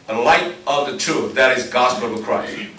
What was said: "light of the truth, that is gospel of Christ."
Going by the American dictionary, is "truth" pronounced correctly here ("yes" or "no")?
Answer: no